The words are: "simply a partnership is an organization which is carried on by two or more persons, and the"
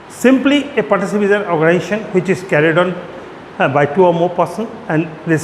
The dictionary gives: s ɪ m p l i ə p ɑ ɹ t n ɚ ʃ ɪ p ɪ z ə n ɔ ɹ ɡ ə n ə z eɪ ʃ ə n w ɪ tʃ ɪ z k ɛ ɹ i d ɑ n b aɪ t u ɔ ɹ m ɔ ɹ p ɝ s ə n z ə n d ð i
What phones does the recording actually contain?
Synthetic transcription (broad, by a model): s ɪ m p l i ə p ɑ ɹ t ɚ s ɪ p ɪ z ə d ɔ ɹ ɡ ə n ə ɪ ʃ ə n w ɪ tʃ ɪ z k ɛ ɹ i d ɑ n b aɪ t u ɔ ɹ m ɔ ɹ p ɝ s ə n ə n d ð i